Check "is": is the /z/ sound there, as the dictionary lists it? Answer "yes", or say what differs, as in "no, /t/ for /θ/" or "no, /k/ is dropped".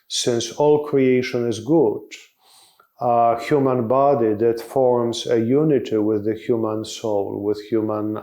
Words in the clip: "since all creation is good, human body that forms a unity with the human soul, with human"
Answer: yes